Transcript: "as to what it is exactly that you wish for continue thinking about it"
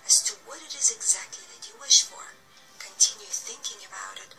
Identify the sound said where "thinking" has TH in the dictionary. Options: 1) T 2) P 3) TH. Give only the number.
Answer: 3